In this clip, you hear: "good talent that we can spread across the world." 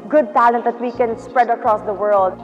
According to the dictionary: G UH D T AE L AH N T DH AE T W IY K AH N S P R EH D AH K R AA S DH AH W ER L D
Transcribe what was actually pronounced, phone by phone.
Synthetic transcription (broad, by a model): G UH D T AE L AH N T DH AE T W IY K AH N S P R EH D AH K R AA S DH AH W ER L D